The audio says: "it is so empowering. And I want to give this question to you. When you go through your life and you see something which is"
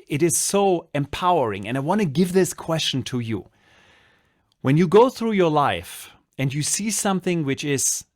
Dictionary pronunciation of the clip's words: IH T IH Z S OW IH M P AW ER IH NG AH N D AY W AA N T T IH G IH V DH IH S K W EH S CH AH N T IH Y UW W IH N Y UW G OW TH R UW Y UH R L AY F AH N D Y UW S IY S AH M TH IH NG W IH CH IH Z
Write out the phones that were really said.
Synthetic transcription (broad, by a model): IH T IH Z S OW IH M P AW ER IH NG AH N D AY W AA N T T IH G IH V DH IH S K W EH S CH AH N T IH Y UW W IH N Y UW G OW TH R UW Y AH R L AY F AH N Y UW S IY S AH M TH IH NG W IH CH IH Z